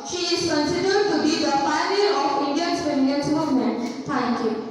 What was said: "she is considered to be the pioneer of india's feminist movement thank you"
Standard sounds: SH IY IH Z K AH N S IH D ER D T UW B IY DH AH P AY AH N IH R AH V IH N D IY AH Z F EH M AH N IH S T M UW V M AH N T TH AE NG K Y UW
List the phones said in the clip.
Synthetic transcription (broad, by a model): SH IY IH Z K AH N S IH D ER D T UW B IY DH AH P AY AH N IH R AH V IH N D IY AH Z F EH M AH IH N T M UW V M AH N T T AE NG K Y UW